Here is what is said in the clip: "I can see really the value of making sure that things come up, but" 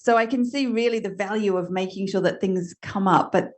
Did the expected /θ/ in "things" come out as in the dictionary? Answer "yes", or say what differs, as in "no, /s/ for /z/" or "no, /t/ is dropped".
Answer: yes